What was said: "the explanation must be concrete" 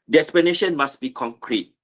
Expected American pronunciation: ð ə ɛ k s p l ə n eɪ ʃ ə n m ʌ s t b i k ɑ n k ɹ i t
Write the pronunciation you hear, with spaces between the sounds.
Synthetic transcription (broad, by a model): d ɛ s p ə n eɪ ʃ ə n m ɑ s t b i k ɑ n k ɹ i t